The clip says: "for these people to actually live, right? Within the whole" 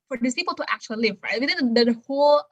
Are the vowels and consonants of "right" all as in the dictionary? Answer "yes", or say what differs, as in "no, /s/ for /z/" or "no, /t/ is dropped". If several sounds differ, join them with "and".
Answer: yes